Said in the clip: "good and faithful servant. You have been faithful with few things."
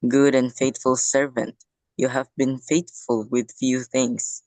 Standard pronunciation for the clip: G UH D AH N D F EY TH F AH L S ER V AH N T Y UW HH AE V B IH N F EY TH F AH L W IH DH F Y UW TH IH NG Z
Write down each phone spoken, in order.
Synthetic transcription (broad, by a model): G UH D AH N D F EY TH F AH L S ER V AH N T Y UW HH AE V B IH N F EY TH F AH L W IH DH F Y UW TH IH NG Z